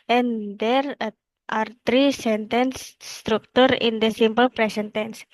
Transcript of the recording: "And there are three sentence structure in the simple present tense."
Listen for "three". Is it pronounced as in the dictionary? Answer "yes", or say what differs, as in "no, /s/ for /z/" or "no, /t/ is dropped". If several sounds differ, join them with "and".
no, /t/ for /θ/